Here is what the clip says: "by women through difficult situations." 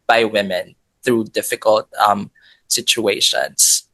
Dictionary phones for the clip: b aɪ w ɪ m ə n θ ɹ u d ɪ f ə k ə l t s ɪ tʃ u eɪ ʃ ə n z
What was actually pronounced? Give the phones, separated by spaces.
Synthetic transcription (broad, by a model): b aɪ w ɪ m ə n θ ɹ u d ɪ f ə k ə l t s ɪ tʃ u eɪ ʃ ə n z